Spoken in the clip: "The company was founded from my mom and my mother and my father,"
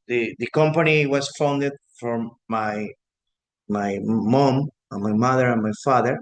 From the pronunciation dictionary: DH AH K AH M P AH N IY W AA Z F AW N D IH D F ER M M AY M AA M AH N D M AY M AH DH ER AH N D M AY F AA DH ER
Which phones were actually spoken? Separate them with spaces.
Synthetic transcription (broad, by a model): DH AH K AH M P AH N IY W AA S F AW N D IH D F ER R M AY M AA M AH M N M AY M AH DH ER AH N M AY F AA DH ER